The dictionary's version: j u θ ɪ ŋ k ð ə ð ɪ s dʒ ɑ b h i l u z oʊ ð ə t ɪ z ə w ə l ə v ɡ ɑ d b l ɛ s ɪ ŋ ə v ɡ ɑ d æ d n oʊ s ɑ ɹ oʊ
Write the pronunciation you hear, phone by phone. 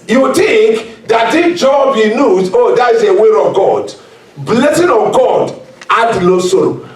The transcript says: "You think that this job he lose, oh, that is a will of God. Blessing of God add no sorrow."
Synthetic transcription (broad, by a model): j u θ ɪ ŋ k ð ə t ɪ dʒ ɑ b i n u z oʊ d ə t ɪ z ə w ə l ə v ɡ ɑ d b l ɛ s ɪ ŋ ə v ɡ ɑ d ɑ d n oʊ s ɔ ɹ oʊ